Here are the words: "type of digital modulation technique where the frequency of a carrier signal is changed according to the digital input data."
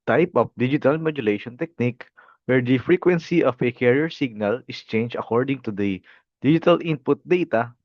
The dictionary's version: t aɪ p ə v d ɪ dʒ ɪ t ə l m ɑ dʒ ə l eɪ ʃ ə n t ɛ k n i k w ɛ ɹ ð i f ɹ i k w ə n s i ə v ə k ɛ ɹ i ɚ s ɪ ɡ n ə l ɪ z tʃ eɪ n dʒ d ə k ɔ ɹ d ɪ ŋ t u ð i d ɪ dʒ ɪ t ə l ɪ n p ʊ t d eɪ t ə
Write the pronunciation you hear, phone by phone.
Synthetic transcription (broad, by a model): t aɪ p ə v d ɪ dʒ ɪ t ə l m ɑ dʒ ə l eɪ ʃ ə n t ɛ k n i k w ɛ ɹ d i f ɹ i k w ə n s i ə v ə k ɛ ɹ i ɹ s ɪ ɡ n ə l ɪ s tʃ eɪ n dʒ ə k ɔ ɹ d ɪ ŋ t u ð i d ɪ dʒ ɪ t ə l ɪ n p ʊ t d eɪ t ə